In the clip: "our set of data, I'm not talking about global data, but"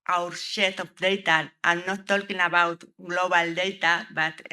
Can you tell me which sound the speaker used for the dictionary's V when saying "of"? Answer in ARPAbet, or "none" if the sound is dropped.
P